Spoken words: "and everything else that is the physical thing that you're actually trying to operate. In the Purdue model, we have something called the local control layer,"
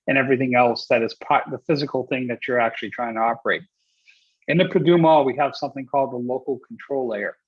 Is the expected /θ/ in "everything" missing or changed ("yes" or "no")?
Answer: no